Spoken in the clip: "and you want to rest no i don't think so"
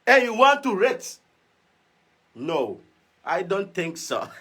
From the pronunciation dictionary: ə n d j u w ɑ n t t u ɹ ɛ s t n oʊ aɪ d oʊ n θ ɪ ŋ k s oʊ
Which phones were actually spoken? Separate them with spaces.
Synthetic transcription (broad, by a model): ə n j u w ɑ n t t u ɹ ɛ t n oʊ aɪ d oʊ n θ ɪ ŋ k s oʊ